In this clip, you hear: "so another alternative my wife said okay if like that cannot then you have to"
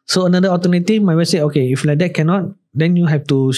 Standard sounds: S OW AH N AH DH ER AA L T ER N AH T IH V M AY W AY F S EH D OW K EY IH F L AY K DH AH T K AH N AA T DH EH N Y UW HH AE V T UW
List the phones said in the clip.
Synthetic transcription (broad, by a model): S OW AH N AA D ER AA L T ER N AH T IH F M AY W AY S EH OW K EY IH F L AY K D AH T K AH N AA T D EH N Y UW HH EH F T UW